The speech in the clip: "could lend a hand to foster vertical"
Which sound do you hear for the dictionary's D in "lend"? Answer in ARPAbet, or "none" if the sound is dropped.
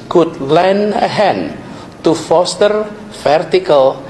none